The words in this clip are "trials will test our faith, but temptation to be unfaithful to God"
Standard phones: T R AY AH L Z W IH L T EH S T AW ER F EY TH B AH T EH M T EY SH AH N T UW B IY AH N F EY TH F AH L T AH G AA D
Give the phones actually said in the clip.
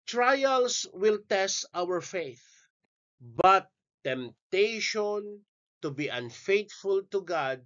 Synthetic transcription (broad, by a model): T R AY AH L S W IH L T EH S T AW ER F EY TH B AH T EH M T EY SH AH N T UW B IY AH N F EY T F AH L T AH G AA D